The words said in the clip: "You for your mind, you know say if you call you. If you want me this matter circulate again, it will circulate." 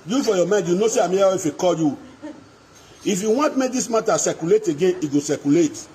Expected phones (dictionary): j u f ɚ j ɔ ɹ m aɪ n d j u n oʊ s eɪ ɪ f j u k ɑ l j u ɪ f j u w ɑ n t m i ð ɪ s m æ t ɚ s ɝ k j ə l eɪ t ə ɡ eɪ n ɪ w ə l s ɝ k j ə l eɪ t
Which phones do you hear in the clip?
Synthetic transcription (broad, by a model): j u f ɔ j ɔ m aɪ n d j u n oʊ s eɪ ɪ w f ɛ k ɑ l j u ɪ f j u w ɑ n t m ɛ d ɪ s m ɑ t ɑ s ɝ k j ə l eɪ t ə ɡ eɪ n ɪ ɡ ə s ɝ k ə l eɪ t